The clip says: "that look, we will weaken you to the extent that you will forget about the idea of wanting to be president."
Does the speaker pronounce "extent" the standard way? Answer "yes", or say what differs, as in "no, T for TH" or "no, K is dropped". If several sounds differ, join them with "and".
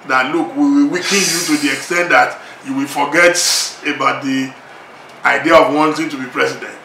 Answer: yes